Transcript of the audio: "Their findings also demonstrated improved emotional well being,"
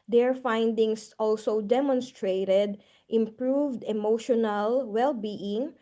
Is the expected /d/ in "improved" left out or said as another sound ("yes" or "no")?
no